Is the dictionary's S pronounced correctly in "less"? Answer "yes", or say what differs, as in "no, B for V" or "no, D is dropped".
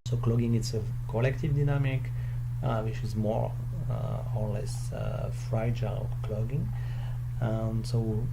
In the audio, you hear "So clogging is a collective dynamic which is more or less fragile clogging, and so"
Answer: yes